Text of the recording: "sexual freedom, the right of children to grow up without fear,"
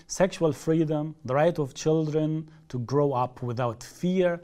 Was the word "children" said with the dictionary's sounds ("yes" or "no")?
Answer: yes